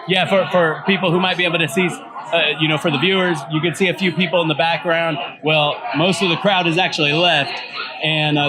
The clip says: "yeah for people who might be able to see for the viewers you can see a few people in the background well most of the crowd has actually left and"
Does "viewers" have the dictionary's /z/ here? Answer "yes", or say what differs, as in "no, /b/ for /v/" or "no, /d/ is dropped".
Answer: yes